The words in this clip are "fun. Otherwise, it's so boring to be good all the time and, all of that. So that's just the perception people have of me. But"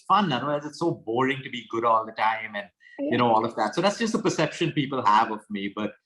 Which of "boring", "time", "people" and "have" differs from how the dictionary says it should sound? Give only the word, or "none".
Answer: none